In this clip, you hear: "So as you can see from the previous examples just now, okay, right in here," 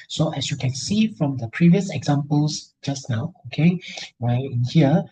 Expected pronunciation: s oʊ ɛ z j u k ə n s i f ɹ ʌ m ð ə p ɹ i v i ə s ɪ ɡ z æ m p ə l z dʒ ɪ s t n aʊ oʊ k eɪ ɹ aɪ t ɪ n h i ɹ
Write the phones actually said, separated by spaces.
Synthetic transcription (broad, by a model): s oʊ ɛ s j u k ə n s i f ɹ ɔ m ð ə p ɹ i v i ə s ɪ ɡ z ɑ m p ə l s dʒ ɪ s n aʊ oʊ k eɪ w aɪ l ɪ n h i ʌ